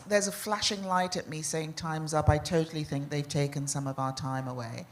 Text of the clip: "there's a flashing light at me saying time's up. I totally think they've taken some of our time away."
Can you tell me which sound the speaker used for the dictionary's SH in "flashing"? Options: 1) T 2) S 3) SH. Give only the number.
3